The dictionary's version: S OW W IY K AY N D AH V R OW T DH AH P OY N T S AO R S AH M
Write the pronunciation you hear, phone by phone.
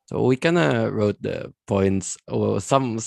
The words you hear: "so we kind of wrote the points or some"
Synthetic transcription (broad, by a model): S OW W IY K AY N AH R OW T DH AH P OY N T S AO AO S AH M